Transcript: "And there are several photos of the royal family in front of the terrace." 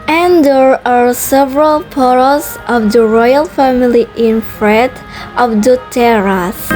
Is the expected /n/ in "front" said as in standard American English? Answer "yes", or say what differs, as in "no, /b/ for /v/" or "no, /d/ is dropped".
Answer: no, /n/ is dropped